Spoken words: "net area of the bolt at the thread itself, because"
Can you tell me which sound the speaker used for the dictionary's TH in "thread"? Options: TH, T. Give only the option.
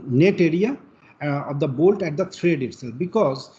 T